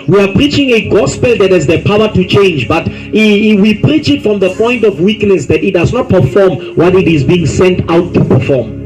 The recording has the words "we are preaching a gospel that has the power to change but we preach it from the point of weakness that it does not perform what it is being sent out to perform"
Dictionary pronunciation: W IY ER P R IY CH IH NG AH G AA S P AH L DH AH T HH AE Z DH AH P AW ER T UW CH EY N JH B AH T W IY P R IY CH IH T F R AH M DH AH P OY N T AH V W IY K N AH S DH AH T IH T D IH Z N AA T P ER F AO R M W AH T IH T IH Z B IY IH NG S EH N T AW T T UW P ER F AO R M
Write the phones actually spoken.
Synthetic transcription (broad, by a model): W IY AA P R IY CH IH NG AH G AA S P AH L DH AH T HH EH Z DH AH P AW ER T UW CH EY N JH B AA T W IY P R IY CH IH T F R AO M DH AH P OY N T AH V W IY K N AH S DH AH T IH T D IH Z N AA T P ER F AO M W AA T IH T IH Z B IY IH NG S EH N T AW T T UW P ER F AO M